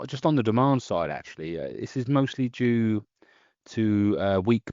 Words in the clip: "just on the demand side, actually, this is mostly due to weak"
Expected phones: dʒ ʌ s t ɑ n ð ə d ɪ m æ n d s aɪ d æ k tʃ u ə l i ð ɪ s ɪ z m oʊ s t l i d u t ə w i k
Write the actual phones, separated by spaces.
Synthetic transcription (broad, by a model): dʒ ʌ s t n ð ə d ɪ m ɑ n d s aɪ d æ k tʃ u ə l i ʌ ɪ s ɪ z m oʊ s t l i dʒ u t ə w i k